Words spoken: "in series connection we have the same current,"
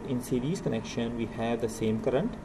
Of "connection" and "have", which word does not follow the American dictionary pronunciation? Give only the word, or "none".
none